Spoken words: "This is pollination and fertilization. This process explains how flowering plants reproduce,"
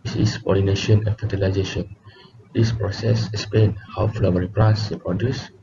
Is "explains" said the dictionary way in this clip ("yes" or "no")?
no